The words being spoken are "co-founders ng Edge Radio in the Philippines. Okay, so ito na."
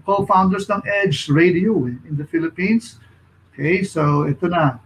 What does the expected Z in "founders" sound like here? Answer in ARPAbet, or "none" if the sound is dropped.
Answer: S